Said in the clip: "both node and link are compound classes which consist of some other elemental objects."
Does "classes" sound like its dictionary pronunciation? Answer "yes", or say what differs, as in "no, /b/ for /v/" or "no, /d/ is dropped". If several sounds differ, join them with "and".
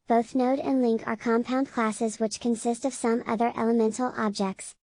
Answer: yes